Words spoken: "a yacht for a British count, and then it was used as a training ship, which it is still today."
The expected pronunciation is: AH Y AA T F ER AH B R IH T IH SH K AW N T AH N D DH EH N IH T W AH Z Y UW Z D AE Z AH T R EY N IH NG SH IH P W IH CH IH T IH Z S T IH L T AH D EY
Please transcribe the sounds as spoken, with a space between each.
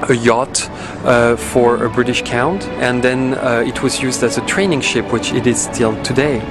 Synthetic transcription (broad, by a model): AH Y AA T F ER AH B R IH T IH SH K AW N T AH N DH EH N IH T W AH Z Y UW Z D AE Z AH T R EY N IH NG SH IH P W IH CH IH T IH Z S T IH L T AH D EY